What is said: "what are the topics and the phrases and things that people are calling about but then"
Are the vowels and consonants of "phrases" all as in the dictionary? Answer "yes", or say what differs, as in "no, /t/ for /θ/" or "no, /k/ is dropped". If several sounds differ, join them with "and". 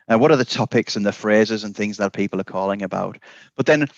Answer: yes